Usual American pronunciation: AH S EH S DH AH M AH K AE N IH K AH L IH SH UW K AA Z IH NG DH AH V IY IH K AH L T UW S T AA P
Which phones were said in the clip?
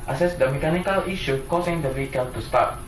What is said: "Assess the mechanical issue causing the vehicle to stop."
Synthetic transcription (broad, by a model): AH S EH S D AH M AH K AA N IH K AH L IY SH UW K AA S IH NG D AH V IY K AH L T UW S T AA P